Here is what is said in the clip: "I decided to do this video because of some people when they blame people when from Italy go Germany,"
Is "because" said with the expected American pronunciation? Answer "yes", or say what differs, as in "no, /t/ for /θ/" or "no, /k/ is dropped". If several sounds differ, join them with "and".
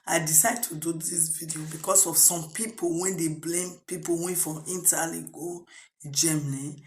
no, /s/ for /z/